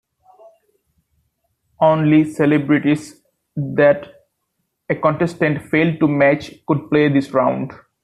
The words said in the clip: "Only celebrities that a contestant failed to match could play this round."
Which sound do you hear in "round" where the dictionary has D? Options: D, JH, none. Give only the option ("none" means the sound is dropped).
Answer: D